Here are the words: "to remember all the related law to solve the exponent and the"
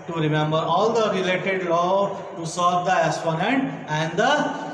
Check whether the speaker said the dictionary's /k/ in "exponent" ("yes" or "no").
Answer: no